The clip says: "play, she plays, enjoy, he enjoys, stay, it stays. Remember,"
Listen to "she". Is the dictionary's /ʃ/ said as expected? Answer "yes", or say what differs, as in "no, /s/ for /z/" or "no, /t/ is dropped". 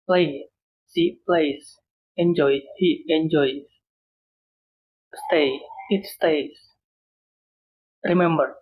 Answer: no, /s/ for /ʃ/